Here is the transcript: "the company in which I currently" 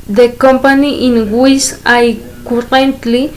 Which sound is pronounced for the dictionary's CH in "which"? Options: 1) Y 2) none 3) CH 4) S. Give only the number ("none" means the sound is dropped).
4